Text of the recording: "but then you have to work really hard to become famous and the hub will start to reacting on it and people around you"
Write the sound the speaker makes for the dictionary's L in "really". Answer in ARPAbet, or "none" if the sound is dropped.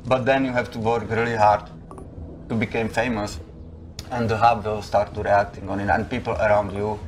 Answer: L